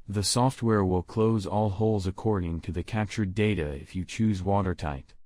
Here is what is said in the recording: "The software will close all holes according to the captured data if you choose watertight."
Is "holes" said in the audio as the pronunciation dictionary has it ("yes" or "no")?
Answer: yes